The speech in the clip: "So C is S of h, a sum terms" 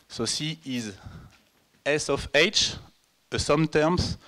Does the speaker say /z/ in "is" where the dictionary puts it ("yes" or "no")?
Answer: yes